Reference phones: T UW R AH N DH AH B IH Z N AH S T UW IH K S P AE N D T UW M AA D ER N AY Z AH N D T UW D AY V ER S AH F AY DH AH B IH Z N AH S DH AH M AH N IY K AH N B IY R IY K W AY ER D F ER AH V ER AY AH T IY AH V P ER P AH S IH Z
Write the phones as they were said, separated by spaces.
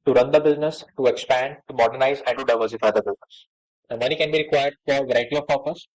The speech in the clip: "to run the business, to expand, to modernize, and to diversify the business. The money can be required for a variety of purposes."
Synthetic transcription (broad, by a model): T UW R AH N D AH B IH Z N AH S T UW IH K S P AE N D T UW M AA D ER N AY Z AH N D T UW D AY V ER S AH F AY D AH B IH Z N AH S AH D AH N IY K AH N B IY R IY K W AY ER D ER AH V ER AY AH T IY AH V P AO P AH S